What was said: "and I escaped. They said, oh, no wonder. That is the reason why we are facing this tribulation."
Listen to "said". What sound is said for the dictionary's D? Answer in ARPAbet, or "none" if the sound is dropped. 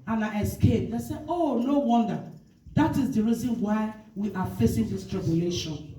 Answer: none